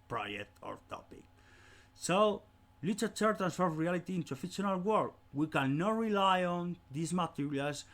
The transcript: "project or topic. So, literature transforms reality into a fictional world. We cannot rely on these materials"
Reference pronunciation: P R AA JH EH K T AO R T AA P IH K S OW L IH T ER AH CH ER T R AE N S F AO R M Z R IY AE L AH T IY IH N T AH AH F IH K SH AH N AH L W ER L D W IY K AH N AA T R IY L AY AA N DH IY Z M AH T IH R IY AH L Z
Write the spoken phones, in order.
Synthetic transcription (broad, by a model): P R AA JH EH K T AO R T AA P IH K S OW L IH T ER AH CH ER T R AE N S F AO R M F R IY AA L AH T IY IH N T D AH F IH SH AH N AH L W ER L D W IY K AH N AA T R IY L AY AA N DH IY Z M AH T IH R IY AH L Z